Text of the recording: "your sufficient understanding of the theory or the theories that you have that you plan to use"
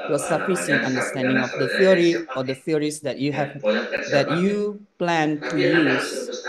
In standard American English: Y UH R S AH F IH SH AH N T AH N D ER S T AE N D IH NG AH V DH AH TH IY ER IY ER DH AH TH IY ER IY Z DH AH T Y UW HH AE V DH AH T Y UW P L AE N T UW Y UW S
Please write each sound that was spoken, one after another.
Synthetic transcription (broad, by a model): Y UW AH S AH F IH S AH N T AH N D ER S T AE N D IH NG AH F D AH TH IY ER IY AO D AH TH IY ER IY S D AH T Y UW HH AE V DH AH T Y UW P L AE N T UW Y UW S